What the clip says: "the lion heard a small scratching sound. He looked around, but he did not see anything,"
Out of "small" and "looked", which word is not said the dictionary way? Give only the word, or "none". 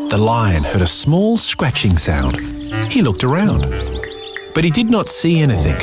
none